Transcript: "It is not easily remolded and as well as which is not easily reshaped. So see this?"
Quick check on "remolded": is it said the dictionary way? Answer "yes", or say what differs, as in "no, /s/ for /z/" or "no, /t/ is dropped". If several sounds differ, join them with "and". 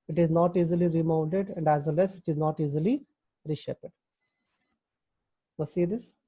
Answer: no, /n/ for /l/